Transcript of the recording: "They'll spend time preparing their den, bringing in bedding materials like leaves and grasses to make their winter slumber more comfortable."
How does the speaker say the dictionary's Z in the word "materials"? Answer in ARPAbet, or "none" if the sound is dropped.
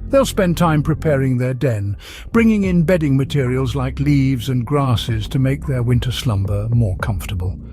Z